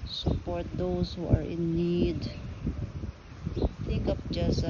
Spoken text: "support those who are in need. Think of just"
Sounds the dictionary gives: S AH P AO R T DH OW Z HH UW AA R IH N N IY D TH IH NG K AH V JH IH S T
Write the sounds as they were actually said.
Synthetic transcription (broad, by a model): S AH P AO R T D OW S HH UW AA R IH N N IY D T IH K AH P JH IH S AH